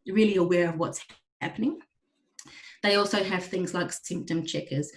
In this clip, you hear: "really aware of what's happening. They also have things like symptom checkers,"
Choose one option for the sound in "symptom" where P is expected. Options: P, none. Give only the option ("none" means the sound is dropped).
P